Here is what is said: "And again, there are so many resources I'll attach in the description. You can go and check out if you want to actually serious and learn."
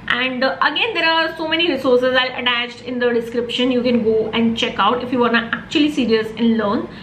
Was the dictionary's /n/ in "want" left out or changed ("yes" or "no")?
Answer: yes